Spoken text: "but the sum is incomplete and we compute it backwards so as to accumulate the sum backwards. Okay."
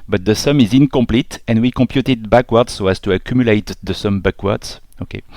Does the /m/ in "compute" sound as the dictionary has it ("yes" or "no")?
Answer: yes